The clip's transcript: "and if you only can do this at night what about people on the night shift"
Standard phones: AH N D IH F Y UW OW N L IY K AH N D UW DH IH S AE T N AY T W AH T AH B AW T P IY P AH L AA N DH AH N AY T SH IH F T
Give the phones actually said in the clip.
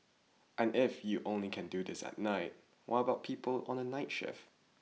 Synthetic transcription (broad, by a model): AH N IH F Y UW OW N L IY K AH N D UW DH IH S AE T N AY T W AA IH AH B AW T P IY P AH L AA N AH N AY T SH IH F